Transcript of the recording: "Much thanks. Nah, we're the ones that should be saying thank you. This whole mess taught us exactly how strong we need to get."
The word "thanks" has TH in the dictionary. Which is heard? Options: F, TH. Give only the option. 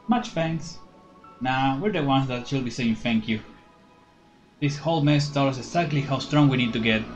F